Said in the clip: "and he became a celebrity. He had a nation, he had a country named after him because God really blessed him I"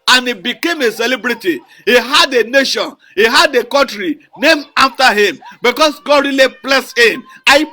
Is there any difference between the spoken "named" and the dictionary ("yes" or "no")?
yes